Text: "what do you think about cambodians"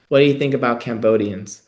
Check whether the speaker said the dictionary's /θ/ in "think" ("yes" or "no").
yes